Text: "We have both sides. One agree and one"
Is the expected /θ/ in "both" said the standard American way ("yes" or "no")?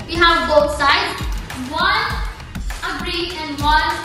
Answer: no